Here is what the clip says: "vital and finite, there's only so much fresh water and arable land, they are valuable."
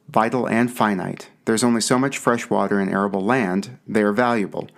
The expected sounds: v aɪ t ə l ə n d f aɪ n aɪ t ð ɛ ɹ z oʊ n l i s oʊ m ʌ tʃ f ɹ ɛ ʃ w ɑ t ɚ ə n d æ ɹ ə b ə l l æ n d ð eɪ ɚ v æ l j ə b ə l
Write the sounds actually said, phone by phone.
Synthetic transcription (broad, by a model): v aɪ t l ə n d f aɪ n aɪ t ð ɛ ɹ z oʊ n l i s oʊ m ʌ tʃ f ɹ ɛ ʃ w ɑ t ɚ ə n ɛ ɹ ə b l l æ n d ð eɪ ɚ v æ l j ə b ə l